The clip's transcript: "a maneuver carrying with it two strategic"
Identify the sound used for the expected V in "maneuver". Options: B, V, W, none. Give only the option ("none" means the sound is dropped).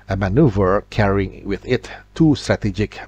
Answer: V